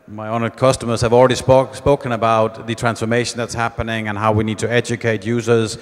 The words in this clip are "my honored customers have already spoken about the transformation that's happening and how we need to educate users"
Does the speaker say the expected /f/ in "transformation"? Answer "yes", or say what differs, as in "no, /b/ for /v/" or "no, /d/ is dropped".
yes